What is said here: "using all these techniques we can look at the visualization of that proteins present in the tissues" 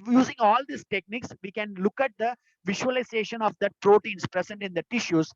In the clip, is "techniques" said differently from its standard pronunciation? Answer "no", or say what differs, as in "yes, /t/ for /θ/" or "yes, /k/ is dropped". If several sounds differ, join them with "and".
no